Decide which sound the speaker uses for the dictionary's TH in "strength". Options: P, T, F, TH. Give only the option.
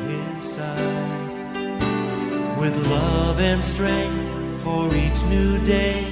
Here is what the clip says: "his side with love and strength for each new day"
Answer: TH